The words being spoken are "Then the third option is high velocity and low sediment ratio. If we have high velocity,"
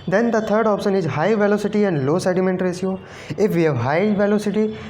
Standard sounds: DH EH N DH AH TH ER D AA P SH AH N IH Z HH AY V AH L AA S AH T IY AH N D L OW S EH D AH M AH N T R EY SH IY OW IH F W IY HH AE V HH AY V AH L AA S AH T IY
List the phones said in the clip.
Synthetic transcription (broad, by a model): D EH N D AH T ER D AA P SH AH N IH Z HH AY V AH L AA S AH T IY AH N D L OW S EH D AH M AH N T R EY S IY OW IH F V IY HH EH V HH AY V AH L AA S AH T IY